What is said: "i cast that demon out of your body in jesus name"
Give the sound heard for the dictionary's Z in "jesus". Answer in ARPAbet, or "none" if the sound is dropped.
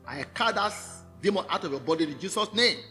S